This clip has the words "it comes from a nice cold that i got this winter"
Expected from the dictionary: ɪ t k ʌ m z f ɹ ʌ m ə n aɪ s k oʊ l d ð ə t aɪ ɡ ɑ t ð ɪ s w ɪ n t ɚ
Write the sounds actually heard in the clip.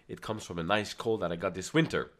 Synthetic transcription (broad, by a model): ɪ t k ʌ m z f ɹ ʌ m ə n aɪ s k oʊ l ð ə t aɪ ɡ ɑ t ð ɪ s w ɪ n t ɚ